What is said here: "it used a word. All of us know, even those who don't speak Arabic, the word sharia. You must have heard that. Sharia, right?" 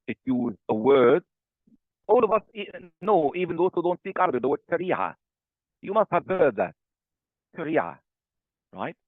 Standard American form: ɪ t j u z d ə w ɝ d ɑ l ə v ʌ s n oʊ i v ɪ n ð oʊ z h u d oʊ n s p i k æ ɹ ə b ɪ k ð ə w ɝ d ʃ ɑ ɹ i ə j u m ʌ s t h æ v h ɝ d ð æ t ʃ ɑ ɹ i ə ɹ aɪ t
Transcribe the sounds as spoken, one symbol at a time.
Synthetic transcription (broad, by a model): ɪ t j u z ə w ɝ d ɑ l ə v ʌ s n oʊ i v ɪ n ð oʊ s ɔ d oʊ n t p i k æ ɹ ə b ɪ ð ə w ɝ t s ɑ ɹ i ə j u m ʌ s t h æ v h ɝ d ð æ t s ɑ ɹ i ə ɹ aɪ t